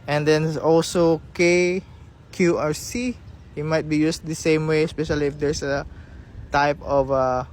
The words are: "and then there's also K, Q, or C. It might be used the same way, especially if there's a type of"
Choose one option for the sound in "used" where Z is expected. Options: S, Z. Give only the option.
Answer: S